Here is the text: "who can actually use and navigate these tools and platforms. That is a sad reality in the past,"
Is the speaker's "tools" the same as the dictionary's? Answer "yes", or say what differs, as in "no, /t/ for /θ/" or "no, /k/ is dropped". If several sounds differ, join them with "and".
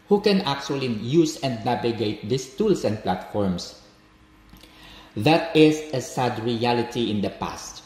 no, /s/ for /z/